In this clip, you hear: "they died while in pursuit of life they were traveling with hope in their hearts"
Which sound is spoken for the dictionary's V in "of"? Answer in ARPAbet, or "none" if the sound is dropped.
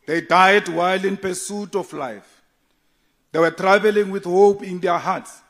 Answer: F